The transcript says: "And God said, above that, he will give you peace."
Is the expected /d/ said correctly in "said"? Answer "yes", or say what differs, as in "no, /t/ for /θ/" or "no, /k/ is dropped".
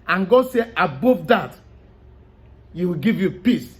no, /d/ is dropped